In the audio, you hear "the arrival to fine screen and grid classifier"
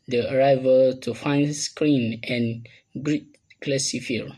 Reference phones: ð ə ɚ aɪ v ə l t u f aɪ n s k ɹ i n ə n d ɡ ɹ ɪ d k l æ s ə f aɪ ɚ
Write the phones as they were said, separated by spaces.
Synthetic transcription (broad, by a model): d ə ɚ aɪ v ə l t u f aɪ n s k ɹ i n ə n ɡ ɹ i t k l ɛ s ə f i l